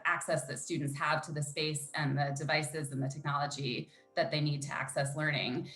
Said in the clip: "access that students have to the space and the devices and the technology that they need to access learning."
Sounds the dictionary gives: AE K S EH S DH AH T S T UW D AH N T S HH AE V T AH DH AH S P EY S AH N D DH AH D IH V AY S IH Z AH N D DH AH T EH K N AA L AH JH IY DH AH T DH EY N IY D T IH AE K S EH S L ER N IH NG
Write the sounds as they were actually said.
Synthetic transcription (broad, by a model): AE K S EH S DH AH T S T UW D N T S HH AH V T AH DH AH S P EY S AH N DH AH D IH V AY S IH Z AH N DH AH T EH K N AA L AH JH IY DH AH T DH EY N IY D T IH AE K S EH S L ER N IH NG